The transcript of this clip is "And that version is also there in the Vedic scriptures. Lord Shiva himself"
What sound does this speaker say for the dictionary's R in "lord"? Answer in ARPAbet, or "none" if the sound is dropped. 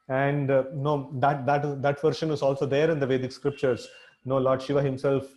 L